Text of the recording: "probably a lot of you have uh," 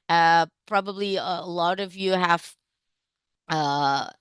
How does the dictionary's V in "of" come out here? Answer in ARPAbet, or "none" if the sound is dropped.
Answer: V